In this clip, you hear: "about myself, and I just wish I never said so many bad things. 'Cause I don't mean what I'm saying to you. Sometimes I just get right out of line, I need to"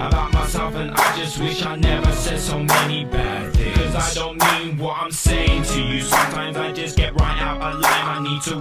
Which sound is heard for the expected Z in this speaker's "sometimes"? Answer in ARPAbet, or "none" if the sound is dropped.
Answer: Z